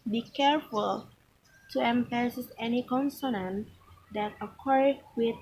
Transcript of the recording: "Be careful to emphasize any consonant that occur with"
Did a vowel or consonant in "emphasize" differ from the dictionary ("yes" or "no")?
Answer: yes